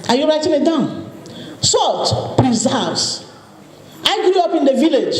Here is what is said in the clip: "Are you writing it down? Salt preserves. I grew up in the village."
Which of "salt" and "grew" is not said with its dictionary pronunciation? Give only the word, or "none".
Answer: none